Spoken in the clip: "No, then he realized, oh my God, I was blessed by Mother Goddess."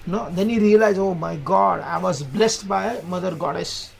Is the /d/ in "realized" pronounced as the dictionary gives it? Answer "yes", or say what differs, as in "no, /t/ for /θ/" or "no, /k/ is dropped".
no, /d/ is dropped